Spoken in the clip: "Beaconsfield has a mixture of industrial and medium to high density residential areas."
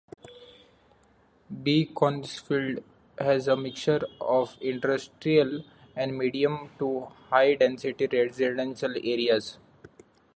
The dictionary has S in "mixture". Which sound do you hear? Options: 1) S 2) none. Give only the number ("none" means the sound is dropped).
2